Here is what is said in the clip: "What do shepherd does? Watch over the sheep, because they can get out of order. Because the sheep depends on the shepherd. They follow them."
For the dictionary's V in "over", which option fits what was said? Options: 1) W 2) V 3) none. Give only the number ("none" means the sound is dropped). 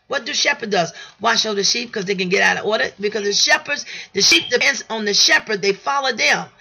3